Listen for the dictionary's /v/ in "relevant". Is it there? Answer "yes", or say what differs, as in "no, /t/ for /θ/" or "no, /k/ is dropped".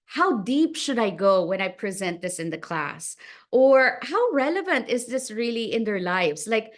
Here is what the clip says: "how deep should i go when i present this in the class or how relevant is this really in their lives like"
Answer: yes